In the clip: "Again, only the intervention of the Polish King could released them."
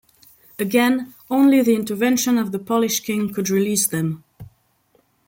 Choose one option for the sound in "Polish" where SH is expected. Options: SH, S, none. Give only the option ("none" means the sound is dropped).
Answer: SH